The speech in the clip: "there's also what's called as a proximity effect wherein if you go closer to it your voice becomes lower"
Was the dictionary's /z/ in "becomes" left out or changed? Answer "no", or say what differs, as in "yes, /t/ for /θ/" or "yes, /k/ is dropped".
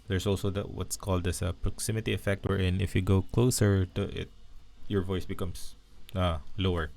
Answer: yes, /s/ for /z/